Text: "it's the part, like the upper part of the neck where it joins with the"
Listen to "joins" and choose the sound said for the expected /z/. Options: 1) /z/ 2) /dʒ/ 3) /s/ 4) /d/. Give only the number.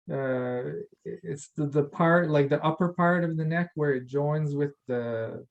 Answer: 1